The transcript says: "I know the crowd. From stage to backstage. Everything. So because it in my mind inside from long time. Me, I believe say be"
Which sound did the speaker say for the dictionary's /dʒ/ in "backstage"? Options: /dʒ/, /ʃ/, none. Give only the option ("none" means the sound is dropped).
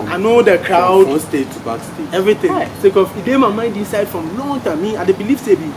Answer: none